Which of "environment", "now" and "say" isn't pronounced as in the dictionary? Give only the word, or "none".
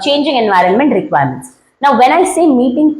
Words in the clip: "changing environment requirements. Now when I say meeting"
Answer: none